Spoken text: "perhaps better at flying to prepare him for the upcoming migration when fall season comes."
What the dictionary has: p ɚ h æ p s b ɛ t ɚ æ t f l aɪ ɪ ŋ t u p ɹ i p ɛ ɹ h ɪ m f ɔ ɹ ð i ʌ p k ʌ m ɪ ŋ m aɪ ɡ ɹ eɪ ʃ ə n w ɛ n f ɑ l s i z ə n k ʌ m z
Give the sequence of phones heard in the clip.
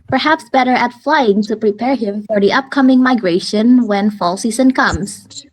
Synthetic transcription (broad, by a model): p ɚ h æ p s b ɛ t ɚ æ t f l aɪ ɪ ŋ t u p ɹ i p ɛ ɹ h ɪ m f ɔ ɹ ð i ʌ p k ʌ m ɪ ŋ m aɪ ɡ ɹ eɪ ʃ ə n w ɛ n f ɑ l s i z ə n k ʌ m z